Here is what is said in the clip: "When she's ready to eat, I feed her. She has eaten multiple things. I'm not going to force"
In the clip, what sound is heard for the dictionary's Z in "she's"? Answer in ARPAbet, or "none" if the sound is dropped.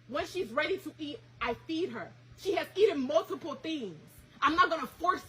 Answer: Z